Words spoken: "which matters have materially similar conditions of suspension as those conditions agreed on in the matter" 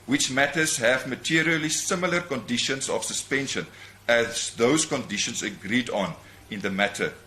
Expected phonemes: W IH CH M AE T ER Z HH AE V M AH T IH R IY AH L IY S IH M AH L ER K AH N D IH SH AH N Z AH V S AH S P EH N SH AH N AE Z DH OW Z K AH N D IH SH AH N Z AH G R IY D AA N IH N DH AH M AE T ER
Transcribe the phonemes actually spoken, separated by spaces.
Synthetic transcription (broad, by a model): W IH CH M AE T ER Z HH AE V M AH T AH R IY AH L IY S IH M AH L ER K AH N D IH SH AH N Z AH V S AH S P EH N SH AH N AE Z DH OW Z K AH N D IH SH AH N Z AH G R IY D AA N IH N DH AH M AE T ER